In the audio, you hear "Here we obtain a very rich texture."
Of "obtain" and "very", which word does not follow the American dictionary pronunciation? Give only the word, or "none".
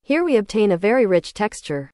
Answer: none